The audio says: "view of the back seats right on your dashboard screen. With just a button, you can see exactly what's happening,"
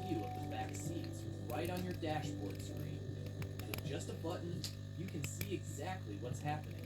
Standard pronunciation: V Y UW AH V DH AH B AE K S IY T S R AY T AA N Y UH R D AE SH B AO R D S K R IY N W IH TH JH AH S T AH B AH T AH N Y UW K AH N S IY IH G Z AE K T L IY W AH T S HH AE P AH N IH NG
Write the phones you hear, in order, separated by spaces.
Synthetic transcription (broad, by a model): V Y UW AH V DH AH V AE K S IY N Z R AY T N Y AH R D AE SH B AO R D S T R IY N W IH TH JH AH S T AH B AH T N Y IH K AH N S IY IH G Z AE K T L IY W AH T S HH AE P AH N IH NG